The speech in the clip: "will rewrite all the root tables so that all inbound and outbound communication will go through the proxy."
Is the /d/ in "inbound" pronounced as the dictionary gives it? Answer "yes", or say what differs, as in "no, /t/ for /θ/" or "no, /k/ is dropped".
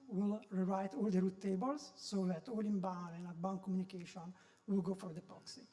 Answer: no, /d/ is dropped